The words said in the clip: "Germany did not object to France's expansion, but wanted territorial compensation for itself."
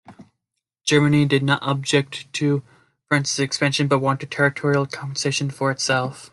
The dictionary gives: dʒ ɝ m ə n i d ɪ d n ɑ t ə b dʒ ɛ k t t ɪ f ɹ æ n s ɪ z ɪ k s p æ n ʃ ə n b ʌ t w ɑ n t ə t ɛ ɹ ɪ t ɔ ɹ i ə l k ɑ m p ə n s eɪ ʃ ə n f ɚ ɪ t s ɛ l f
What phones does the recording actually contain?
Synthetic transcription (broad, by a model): dʒ ɝ m ə n i d ɪ d n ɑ t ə b dʒ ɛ k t t ɪ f ɹ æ n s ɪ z ɪ k s p æ n ʃ ə n b ʌ t w ɑ n t ə t ɛ ɹ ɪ t ɔ ɹ i l k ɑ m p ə n s eɪ ʃ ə n f ɚ ɪ t s ɛ l f